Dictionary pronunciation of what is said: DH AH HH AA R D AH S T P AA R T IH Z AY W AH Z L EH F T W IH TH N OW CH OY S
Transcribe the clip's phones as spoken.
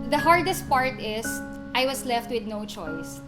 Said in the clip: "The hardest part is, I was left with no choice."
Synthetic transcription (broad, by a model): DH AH HH AA R D AH S T P AA R T IH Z AY W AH S L EH F T W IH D N OW CH OY S